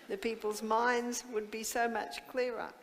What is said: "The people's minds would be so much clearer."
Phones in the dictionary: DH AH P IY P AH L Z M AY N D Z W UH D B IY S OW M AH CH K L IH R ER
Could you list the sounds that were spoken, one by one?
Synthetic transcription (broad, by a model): DH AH P IY P AH L Z M AY N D Z W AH D B IY S OW M AH CH K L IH R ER